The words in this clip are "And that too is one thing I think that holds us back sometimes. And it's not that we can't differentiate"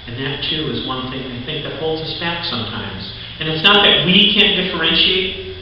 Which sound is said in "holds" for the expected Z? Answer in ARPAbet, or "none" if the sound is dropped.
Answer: Z